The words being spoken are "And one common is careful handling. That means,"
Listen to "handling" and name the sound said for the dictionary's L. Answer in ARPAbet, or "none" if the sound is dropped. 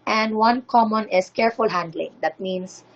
L